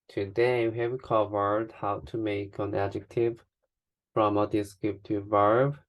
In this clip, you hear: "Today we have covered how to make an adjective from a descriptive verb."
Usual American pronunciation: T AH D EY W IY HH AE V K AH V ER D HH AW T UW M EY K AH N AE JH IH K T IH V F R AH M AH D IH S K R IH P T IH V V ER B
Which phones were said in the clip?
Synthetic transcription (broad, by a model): T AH D EY W IY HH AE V K AH V ER D HH AW T UW M EY K AH N AE JH IH K T IH V F R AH M AH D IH S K R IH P T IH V V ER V